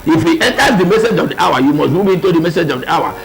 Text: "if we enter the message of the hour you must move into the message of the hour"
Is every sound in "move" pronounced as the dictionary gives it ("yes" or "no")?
no